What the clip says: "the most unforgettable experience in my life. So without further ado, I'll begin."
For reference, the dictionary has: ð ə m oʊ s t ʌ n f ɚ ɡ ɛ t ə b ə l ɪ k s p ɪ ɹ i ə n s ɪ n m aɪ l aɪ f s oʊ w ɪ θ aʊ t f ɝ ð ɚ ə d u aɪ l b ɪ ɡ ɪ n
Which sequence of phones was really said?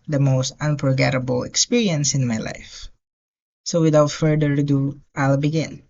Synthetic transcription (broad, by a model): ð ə m oʊ s t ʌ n p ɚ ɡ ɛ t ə b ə l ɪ k s p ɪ ɹ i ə n s ɪ n m aɪ l aɪ f s oʊ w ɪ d aʊ t f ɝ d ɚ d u aɪ l b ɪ ɡ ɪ n